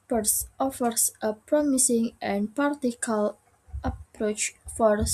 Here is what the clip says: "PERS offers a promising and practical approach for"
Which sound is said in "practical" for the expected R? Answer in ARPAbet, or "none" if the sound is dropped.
none